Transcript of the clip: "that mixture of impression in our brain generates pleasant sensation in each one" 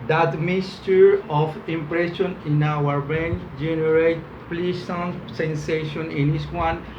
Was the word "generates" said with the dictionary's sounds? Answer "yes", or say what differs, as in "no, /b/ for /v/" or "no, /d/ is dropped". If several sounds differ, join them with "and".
no, /s/ is dropped